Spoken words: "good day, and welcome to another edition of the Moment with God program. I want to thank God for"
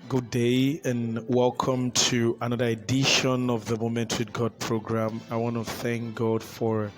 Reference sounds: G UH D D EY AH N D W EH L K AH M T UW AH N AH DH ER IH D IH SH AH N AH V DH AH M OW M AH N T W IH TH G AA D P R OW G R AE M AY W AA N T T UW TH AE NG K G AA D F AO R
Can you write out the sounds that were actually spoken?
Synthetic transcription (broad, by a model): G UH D D EY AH N W EH L K AH M T UW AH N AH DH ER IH D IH SH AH N AH V DH AH M OW M AH N T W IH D G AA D P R OW G R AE M AY W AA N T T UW TH AE NG K G AA D F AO R